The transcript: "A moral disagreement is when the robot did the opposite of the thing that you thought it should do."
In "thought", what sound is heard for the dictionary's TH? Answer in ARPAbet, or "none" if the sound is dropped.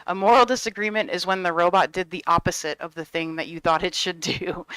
TH